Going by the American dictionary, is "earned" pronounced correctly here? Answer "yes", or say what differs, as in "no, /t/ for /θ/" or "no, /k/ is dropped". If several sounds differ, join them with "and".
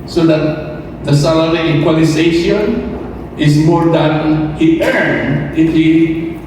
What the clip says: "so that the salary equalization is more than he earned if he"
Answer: no, /d/ is dropped